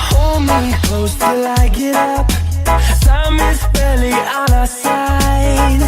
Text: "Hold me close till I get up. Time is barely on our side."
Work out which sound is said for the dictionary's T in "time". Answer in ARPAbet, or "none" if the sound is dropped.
S